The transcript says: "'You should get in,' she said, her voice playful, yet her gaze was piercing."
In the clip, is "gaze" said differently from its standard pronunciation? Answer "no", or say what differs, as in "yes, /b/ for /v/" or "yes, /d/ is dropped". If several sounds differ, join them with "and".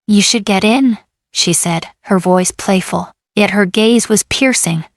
no